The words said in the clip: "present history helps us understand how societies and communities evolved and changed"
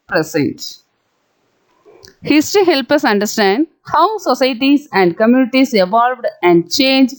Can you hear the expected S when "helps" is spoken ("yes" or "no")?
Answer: no